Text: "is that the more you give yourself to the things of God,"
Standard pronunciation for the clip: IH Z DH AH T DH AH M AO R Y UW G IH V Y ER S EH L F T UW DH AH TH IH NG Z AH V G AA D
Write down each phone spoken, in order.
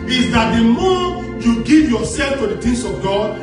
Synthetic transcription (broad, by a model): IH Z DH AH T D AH M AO Y UW G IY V Y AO S EH L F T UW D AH T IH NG S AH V G AA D